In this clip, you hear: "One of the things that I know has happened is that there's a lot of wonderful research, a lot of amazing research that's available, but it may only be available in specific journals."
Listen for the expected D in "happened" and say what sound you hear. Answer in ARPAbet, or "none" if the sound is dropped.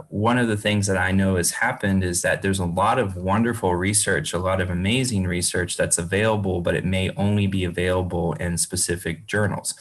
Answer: D